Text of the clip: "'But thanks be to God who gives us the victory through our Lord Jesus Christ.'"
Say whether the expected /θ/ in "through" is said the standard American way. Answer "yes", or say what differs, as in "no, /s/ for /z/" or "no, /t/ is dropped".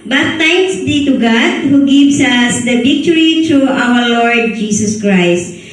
no, /t/ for /θ/